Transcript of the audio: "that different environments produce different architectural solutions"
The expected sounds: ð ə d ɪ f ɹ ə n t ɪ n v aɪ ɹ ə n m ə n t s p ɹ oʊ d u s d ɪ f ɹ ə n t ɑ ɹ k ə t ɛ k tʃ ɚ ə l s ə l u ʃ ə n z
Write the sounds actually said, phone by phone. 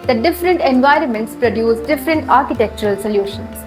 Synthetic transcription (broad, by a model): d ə d ɪ f ɹ ə n t ɪ n v aɪ ɹ ə n m ə n t s p ɹ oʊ d u s d ɪ f ɹ ə n t ɑ ɹ k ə t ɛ k tʃ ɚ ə l s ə l u ʃ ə n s